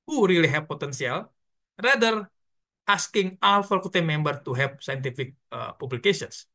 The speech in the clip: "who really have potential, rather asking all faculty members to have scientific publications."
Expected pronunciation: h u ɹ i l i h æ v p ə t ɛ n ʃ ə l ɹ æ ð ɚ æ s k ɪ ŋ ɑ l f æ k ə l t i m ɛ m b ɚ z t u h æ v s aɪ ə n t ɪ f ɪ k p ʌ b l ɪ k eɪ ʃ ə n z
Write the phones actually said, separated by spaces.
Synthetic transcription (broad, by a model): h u ɹ i l i h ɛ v p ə t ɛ n s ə l ɹ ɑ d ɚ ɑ s k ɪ ŋ ɑ l f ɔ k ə t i m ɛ m b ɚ t u h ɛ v s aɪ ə n t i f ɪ k p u b l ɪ k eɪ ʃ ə n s